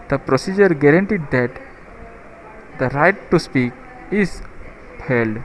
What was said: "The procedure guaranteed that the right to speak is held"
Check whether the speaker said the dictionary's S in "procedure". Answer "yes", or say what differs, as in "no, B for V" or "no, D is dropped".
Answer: yes